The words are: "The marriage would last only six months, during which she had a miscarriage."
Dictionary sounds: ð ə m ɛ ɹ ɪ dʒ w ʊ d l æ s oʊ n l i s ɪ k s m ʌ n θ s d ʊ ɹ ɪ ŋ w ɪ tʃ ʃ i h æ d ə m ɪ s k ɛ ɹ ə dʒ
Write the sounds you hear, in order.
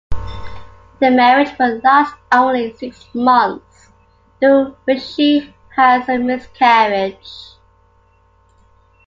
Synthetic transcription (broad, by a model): ð ə m ɛ ɹ ɪ dʒ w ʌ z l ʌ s oʊ n l i s ɪ k s m ʌ n θ s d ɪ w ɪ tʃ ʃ i h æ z ə m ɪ s k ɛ ɹ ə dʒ